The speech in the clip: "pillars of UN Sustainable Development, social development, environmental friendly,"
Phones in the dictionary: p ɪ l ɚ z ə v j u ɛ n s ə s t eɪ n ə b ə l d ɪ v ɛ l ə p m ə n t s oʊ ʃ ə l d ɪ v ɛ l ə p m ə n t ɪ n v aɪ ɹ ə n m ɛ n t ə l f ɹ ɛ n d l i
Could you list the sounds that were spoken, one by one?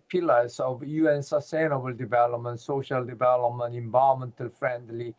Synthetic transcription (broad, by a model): p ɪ l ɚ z ə v j u ɛ n s ə s t eɪ n ə b ə l d ɪ v ɛ l ə p m ə n t s oʊ ʃ ə l d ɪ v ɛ l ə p m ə n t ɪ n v aɪ ə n m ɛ n t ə l f ɹ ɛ n d l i